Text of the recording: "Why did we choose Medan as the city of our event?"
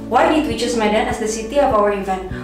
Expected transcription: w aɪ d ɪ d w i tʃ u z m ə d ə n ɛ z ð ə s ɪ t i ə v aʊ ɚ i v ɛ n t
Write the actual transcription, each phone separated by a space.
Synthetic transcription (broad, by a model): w aɪ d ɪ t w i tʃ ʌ s m ə d ə n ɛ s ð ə s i t i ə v aʊ ɚ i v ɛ n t